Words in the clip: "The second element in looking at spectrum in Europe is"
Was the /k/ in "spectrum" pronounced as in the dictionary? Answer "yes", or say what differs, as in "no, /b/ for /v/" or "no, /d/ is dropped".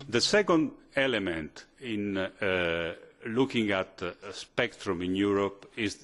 yes